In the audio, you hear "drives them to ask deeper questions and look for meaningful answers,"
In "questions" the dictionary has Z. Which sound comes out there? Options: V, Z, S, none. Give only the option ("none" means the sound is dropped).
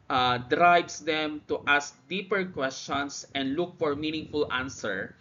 S